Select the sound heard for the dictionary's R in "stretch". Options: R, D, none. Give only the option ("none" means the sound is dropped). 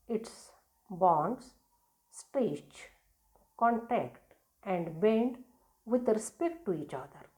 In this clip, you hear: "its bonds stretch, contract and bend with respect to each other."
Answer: none